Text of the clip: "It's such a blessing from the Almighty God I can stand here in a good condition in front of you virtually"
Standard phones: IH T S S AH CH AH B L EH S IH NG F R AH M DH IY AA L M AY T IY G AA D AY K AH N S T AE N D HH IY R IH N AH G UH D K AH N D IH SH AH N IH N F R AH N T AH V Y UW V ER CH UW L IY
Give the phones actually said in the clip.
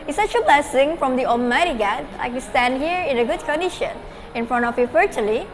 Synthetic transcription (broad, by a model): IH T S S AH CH AH B L EH S IH NG F R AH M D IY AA M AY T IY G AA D AY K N S T AE N D HH IY R IH N AH G UH D K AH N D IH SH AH N IH N F R AH N T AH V Y UW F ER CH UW L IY